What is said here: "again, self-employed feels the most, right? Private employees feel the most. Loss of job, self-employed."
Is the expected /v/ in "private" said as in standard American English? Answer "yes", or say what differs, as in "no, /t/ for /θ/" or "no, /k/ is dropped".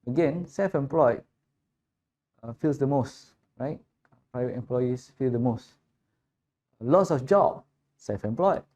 yes